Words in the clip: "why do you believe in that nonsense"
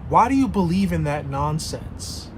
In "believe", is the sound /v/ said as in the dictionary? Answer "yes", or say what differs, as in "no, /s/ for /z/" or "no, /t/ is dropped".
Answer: yes